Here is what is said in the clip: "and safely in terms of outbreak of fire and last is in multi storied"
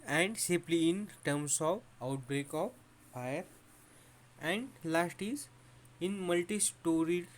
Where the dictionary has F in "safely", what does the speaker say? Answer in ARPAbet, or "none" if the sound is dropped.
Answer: P